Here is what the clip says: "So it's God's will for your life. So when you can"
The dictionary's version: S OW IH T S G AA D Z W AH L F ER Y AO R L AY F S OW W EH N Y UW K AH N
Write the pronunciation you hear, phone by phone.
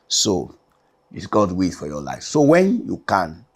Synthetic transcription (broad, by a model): S OW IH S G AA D W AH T F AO Y AO L AY F S OW W EH N Y UW K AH N